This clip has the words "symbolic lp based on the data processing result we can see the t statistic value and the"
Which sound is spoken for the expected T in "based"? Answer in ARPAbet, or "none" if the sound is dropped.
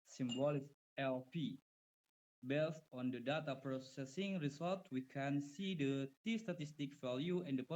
T